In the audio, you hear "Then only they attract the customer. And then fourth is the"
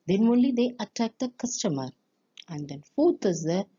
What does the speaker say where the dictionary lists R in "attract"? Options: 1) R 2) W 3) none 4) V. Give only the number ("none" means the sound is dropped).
3